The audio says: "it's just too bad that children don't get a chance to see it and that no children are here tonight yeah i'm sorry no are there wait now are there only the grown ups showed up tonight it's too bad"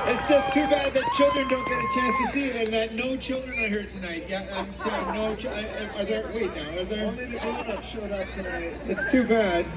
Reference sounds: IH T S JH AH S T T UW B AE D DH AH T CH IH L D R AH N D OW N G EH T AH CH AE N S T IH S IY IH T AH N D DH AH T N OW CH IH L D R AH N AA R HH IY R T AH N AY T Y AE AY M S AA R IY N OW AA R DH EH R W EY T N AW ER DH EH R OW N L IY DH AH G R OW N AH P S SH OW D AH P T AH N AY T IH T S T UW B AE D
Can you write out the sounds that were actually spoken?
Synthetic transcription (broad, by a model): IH T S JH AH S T T UW B AE D DH AH T CH IH L D R AH N D OW N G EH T AH CH AE N S T IH S IY IH T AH N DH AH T N OW CH IH L D R AH N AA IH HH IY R T AH N AY T Y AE AY M S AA IY N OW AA R DH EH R W EY T N AW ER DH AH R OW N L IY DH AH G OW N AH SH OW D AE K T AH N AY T IH T S T UW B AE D